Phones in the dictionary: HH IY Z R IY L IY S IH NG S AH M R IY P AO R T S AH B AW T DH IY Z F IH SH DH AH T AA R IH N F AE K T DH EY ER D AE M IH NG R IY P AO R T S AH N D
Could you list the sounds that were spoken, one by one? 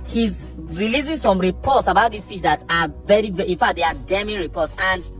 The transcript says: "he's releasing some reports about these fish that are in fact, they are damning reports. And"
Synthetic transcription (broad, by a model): HH IY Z R IY L IY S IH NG S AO M R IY P AO T S AH B AW T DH IY S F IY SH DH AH T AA R IH N F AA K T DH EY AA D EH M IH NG R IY P AO T S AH N D